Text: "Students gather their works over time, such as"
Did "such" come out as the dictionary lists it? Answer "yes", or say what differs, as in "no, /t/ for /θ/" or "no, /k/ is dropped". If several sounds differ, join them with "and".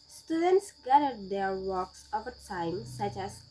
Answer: yes